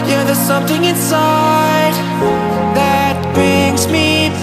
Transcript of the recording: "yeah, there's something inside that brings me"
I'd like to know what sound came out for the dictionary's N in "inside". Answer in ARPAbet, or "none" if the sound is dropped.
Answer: N